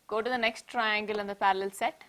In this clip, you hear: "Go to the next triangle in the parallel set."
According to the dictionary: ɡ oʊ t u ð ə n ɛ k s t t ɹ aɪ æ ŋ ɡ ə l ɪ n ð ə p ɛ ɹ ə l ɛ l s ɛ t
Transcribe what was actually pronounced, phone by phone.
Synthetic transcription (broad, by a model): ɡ oʊ t u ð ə n ɛ k s t t ɹ aɪ æ ŋ ɡ ə l ɪ n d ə p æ ɹ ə l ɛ l s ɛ t